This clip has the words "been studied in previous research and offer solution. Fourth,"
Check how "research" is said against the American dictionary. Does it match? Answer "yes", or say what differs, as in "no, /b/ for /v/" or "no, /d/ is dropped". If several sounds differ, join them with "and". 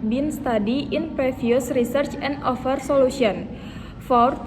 yes